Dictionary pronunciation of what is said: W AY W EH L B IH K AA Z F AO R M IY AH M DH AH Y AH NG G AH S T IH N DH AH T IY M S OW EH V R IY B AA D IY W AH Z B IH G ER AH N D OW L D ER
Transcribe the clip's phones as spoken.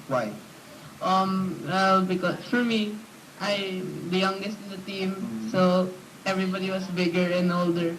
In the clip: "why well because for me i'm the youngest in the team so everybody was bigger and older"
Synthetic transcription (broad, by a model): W AY W EH L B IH K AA S F AO R M IY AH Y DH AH Y AH NG G AH S T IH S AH T IY M S OW EH V R IY B AA D IY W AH S B IH G ER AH N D OW L D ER